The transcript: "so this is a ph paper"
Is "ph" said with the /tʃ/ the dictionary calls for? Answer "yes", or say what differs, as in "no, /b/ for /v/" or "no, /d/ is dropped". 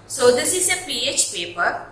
yes